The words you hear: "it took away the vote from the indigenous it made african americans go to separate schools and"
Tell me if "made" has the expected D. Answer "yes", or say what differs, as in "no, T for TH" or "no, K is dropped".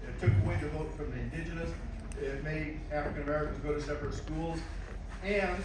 no, D is dropped